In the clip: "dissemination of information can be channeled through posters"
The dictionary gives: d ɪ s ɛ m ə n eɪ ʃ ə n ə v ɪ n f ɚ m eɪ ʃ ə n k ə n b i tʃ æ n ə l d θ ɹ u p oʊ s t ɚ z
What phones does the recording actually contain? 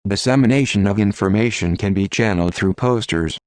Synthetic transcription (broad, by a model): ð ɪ s ɛ m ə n eɪ ʃ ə n ə v ɪ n f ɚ m eɪ ʃ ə n k ə n b i tʃ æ n l d θ ɹ u p oʊ s t ɚ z